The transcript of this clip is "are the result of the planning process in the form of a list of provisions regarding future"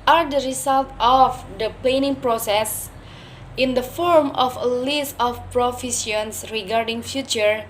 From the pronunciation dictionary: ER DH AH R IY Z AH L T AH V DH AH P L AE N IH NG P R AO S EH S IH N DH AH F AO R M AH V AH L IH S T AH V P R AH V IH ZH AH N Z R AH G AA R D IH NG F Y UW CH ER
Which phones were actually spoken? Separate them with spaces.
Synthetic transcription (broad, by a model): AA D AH R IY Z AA L T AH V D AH P L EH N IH NG P R AO S EH S IH N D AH F AO R M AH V AH L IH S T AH F P R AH F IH S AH N S R AH G AA R D IH NG F Y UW CH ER